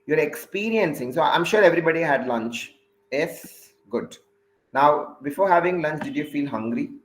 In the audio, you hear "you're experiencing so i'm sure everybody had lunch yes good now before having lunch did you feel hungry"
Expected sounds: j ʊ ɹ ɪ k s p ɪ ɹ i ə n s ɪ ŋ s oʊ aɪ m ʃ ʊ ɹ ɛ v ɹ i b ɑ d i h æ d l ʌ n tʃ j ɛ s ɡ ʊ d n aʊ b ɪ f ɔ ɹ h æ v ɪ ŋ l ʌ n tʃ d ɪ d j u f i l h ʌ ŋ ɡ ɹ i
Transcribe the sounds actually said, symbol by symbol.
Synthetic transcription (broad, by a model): j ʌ ɹ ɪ k s p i ɹ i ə n s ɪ ŋ s oʊ aɪ m ʃ ʊ ɹ ɛ v ɹ i b ɑ d i h æ d l ʌ n tʃ j ɛ s ɡ ʊ d n aʊ b ɪ f ɔ ɹ h æ v ɪ ŋ l ʌ n tʃ d ɪ d j u f i l h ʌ ŋ ɡ ɹ i